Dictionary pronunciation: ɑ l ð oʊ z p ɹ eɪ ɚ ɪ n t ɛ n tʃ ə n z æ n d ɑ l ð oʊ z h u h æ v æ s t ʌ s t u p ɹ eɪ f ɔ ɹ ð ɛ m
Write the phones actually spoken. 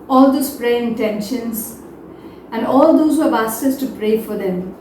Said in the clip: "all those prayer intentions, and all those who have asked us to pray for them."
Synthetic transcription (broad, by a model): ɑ l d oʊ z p ɹ eɪ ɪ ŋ t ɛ n ʃ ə n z æ n d ɑ l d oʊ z h u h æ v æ s ʌ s t u p ɹ eɪ f ɔ ɹ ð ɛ m